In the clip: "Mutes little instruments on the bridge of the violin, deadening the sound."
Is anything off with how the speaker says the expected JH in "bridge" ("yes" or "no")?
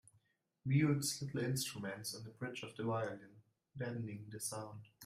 yes